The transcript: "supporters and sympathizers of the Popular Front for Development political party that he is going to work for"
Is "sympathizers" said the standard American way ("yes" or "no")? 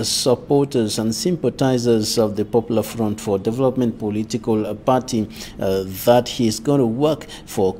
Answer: no